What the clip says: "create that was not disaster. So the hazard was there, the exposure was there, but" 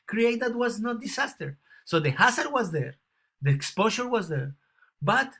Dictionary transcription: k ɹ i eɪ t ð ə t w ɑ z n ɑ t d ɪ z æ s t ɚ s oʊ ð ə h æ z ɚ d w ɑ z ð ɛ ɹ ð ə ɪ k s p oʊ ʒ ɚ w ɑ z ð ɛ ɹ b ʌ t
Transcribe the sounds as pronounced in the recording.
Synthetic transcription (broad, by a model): k ɹ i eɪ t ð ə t w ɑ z n ɑ t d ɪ s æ s t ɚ s oʊ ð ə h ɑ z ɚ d w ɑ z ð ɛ ɹ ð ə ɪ k s p oʊ ʃ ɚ w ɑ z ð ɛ ɹ b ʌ t